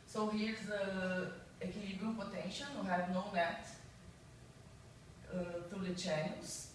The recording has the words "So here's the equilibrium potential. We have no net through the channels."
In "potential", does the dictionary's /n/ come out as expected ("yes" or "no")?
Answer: yes